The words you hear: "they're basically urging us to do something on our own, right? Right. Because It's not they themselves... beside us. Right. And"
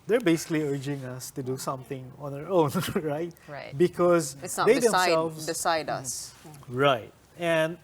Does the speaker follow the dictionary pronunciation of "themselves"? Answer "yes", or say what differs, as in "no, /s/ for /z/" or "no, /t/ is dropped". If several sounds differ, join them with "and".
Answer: no, /m/ is dropped